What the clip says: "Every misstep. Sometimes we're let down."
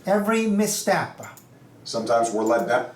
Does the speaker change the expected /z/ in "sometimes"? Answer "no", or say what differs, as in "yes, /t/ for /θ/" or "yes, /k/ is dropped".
no